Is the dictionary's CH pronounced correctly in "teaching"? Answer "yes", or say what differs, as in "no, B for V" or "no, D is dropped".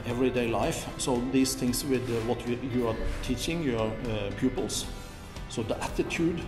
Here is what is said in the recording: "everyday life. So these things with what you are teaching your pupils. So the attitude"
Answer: yes